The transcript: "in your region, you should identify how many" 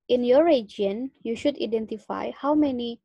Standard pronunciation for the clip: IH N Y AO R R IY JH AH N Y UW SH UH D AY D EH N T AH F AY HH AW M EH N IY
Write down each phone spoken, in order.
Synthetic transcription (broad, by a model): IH N Y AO R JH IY AH N Y UW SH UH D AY D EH N T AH F AY HH AW M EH N IY